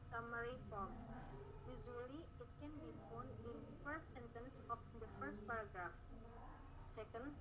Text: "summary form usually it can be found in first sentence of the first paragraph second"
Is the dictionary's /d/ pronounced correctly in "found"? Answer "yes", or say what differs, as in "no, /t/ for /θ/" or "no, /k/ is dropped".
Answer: no, /d/ is dropped